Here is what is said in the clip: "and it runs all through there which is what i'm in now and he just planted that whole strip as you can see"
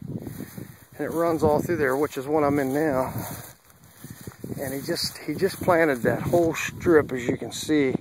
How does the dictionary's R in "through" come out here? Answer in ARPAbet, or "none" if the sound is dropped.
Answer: R